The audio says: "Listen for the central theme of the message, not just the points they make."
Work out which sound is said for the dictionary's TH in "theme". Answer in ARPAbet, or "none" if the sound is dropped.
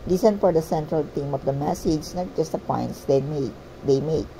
T